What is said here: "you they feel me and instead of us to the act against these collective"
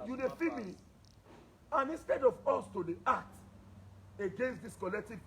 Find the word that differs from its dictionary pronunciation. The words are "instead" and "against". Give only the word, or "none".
none